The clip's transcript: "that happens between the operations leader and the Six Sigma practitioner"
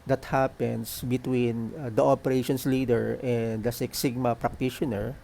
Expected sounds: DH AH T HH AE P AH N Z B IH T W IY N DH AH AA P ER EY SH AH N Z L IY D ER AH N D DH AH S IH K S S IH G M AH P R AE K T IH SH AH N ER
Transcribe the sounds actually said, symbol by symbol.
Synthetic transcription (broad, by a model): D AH T HH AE P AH N S B IH T W IY N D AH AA P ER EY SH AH N S L IY D ER AH N D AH S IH K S S IH G M AH P R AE K T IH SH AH N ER